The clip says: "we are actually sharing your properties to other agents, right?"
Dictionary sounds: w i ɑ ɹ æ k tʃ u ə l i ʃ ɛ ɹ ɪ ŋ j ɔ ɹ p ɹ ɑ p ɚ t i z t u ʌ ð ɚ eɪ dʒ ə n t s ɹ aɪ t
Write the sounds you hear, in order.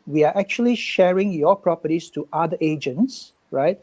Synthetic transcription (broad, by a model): w i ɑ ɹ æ k tʃ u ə l i ʃ ɛ ɹ ɪ ŋ j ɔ p ɹ ɑ p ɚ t i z t u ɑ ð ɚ eɪ dʒ ə n t s ɹ aɪ t